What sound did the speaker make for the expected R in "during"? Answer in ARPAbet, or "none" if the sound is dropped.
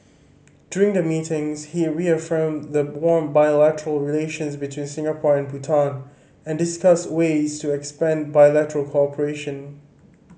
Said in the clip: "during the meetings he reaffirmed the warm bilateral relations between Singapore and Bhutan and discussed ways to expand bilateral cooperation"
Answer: R